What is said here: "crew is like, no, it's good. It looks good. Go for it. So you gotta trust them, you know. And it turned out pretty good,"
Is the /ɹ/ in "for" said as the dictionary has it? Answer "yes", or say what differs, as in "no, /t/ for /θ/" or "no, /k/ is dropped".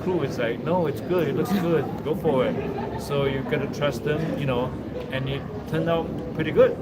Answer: no, /w/ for /ɹ/